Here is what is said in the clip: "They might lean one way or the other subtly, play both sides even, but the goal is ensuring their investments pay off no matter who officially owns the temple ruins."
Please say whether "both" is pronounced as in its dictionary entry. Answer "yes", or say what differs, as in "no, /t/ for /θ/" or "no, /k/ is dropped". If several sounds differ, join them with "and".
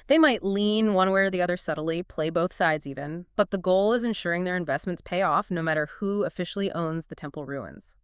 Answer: yes